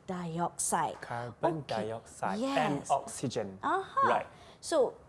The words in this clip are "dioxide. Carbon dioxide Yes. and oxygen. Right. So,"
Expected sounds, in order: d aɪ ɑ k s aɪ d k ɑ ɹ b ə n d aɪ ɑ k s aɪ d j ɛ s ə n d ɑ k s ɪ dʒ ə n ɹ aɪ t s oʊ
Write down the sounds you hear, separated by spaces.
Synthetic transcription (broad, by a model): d aɪ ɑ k s aɪ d k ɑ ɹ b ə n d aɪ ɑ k s aɪ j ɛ ə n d ɑ k s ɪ dʒ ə n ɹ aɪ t s oʊ